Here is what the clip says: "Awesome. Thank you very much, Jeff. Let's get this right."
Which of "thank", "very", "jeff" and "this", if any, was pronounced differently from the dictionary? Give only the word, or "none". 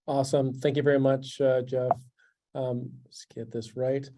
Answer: none